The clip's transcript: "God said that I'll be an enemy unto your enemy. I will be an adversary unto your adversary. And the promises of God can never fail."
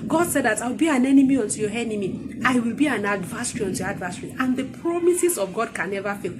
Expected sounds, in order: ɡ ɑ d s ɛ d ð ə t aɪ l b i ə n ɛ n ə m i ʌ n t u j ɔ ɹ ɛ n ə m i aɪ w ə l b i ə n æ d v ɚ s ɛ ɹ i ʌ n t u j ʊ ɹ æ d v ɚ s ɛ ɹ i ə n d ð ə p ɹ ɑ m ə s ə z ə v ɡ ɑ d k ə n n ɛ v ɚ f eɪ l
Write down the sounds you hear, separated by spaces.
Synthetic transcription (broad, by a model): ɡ ɑ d s ɛ d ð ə t aɪ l b i ə n ɛ n ə m i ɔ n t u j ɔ ɛ n ə m i aɪ w ə l b i ə n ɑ d v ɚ s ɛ ɹ i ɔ n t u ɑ d v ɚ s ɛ ɹ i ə n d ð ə p ɹ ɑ m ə s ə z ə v ɡ ɑ d k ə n n ɛ v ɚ f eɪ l